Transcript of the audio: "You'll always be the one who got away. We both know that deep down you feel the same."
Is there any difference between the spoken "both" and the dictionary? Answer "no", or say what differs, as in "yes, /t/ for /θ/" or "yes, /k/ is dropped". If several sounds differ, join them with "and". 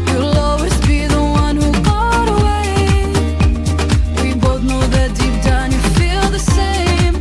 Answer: no